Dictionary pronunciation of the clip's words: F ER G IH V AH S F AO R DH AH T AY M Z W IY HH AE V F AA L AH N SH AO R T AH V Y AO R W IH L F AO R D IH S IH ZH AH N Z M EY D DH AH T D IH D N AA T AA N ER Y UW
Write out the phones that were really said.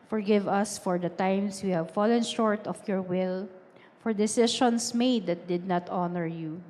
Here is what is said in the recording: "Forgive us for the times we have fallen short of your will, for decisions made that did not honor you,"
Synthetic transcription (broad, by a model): F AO G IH V AH S F AO R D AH T AY M S W IY HH AE V F AA L AH N SH AO R T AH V Y AO R W IH L F AO R D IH S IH SH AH N S M EY D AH T D IH D N AA T AA N ER Y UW